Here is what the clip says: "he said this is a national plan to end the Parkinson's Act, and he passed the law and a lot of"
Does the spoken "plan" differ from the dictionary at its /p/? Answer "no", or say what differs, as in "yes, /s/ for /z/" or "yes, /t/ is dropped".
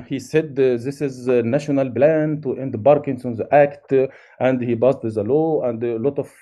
yes, /b/ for /p/